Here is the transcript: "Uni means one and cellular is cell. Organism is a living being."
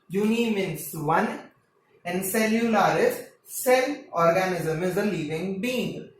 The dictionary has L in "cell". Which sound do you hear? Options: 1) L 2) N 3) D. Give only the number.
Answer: 2